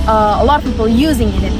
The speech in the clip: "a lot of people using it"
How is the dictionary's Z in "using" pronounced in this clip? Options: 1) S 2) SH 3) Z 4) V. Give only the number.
3